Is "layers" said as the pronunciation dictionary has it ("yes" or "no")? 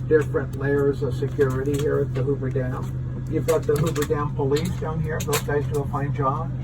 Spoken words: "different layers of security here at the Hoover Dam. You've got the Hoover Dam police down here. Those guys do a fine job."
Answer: yes